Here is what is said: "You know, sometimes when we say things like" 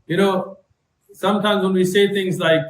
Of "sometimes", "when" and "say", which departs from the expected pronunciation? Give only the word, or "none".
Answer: none